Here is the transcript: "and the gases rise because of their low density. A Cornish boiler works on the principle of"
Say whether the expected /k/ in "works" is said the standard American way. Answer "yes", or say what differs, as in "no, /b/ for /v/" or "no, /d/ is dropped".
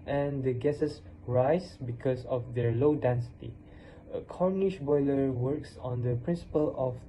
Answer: yes